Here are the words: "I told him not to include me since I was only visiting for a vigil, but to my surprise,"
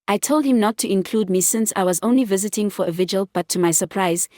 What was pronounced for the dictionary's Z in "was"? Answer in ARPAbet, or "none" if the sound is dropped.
Z